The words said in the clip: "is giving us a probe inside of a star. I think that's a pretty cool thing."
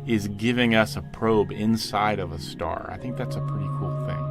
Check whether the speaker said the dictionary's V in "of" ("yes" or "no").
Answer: yes